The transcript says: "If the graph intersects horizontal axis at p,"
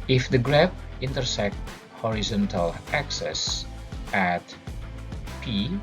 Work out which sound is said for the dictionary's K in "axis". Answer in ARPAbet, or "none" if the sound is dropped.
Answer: K